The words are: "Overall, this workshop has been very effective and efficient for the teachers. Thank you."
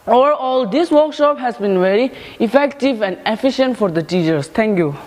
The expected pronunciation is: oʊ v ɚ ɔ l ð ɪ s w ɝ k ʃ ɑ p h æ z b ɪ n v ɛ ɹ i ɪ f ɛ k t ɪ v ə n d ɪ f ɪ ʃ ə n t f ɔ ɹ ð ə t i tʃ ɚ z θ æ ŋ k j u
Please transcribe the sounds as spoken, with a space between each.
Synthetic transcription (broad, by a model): oʊ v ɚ ɔ l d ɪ s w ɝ k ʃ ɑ p h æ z b ɪ n v ɛ ɹ i ɪ f ɛ k t ɪ v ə n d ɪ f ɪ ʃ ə n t f ɔ ɹ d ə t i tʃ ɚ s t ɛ ŋ k j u